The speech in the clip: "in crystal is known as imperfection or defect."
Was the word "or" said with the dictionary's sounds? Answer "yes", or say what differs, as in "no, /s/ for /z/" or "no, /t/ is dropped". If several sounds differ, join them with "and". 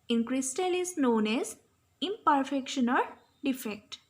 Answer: no, /l/ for /ɹ/